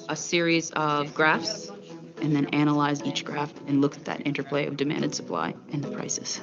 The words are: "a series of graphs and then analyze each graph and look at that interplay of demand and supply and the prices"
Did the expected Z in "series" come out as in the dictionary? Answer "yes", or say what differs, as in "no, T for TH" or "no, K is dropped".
yes